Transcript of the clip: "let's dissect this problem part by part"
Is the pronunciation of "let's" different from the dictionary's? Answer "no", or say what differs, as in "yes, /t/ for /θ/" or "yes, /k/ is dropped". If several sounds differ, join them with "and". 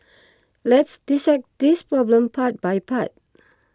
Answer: no